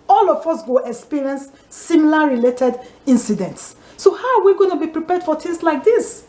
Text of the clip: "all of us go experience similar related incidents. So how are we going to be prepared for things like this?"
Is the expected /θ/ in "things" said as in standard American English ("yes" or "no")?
no